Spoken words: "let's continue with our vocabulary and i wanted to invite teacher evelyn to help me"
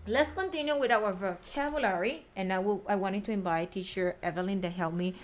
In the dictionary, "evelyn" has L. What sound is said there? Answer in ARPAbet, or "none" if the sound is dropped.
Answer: L